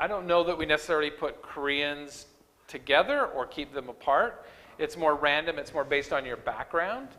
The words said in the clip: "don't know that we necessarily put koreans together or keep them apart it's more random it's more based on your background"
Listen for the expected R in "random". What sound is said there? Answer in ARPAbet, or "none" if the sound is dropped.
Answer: R